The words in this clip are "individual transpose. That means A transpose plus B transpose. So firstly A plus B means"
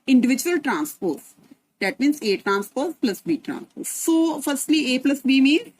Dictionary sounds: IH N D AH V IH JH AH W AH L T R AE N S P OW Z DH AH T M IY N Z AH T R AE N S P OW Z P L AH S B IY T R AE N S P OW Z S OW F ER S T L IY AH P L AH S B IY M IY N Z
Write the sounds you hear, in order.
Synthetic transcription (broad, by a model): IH N D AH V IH JH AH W AH L T R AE N S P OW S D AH T M IY N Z AH T R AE N S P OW S P L AH S B IY T R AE N S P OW S OW F ER S T L IY AH P L AH S B IY M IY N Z